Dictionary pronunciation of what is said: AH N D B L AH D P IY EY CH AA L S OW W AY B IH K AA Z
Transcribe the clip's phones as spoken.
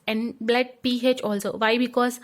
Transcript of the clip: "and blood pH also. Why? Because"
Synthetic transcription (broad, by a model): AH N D B L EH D P IY EY CH AA L S OW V AY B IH K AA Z